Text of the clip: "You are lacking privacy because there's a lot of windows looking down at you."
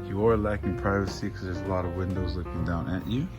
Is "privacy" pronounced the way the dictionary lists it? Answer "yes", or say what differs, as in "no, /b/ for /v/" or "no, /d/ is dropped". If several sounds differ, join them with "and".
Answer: yes